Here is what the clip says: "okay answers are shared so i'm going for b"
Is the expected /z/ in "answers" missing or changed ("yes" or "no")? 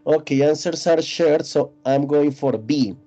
yes